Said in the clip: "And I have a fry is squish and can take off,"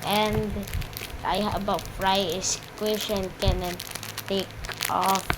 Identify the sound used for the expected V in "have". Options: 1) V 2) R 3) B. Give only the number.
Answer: 3